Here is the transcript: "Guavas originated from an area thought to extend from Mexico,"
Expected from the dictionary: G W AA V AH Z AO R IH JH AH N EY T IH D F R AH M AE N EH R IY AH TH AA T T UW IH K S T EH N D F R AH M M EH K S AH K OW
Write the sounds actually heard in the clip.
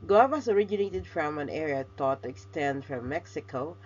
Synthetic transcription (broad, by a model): G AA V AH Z AO R IH JH AH N EY T IH D F R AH M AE N EH R IY AH T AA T T UW IH K S T EH N D F R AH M M EH K S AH K OW